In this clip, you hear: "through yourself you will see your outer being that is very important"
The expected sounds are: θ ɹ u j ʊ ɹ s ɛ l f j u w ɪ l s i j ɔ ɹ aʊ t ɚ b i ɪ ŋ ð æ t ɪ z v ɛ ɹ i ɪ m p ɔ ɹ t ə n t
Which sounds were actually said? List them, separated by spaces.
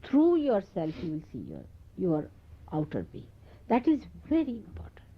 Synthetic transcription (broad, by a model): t ɹ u j ʊ ɹ s ɛ l f j u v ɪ l s i j ɔ ɹ aʊ t ɚ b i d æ t ɪ z v ɛ ɹ i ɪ m p ɔ ɹ t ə n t